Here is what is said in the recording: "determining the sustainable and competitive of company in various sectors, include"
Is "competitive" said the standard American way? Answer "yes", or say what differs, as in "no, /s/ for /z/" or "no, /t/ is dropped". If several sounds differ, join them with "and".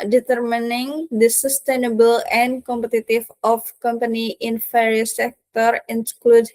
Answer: no, /f/ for /v/